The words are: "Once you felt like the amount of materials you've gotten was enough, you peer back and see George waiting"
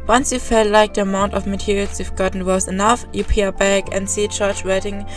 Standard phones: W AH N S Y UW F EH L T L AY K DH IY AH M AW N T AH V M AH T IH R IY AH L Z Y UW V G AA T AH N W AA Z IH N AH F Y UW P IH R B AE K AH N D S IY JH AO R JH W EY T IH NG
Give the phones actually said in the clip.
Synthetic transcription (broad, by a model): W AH N S Y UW F EH L T L AY K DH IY AH M AW N T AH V M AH T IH R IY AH L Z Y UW F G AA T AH N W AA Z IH N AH F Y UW P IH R B AE K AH N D S IY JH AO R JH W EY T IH NG